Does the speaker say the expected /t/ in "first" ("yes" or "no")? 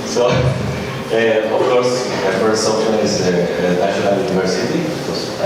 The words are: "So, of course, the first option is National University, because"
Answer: no